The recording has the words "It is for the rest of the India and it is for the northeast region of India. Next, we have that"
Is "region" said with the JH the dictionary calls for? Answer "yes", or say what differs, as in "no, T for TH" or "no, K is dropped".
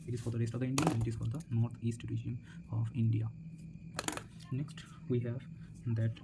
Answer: no, SH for JH